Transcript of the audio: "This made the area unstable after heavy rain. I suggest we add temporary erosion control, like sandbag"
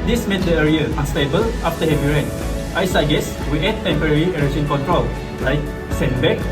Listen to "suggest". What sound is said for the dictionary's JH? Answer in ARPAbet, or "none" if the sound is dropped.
none